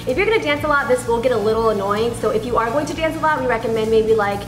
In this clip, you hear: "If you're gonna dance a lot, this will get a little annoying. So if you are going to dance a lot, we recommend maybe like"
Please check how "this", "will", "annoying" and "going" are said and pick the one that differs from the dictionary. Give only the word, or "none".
will